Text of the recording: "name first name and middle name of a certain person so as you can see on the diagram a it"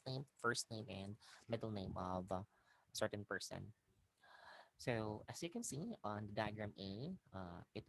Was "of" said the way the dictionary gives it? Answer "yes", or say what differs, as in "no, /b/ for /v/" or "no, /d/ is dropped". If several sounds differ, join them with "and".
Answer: yes